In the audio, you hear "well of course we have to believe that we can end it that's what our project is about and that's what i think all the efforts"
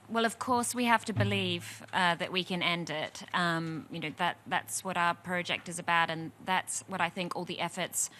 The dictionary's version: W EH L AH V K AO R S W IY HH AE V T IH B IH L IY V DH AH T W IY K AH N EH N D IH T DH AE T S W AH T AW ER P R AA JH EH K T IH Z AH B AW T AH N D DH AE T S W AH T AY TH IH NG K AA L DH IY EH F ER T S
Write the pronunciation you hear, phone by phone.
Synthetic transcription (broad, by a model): W EH L AH V K AO R S W IY HH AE F T IH B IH L IY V DH AH T W IY K AH N EH N D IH T DH AE T S W AH T AW ER P R AA JH EH K T IH Z AH B AW T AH N DH AE T S W AH T AY TH IH NG K AA L DH IY EH F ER T S